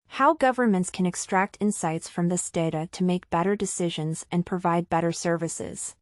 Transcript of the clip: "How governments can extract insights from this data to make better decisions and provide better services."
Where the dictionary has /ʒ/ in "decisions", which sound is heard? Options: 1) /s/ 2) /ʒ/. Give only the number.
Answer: 2